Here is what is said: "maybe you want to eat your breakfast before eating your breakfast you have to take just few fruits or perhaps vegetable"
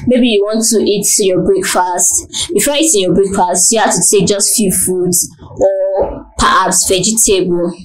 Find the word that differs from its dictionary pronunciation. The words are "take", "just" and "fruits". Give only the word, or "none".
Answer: fruits